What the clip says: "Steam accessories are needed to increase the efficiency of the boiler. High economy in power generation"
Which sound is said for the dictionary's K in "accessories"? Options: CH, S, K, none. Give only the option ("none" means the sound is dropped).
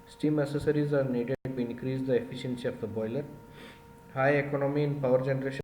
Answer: none